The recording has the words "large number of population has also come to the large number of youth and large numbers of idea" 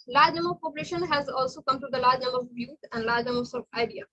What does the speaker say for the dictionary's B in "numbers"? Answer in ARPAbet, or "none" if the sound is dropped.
none